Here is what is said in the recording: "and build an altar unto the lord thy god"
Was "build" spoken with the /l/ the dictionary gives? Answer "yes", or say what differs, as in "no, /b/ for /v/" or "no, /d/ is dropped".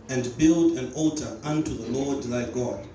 yes